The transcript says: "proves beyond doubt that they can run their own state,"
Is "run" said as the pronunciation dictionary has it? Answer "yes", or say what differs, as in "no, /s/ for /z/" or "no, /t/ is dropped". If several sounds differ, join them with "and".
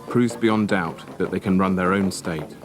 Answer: yes